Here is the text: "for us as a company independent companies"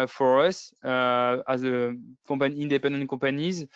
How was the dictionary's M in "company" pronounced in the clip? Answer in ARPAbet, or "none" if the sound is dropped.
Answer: none